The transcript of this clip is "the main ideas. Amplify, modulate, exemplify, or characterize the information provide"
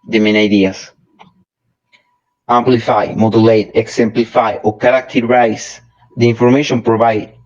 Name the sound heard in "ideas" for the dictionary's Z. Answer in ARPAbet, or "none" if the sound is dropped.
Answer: S